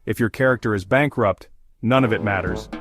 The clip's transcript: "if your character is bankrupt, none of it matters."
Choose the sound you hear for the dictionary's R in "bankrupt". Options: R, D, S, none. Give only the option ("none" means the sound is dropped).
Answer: R